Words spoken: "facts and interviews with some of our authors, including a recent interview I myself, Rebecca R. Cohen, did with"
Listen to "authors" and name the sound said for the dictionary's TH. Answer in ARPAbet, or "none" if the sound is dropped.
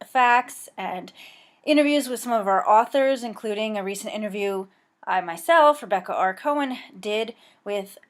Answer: TH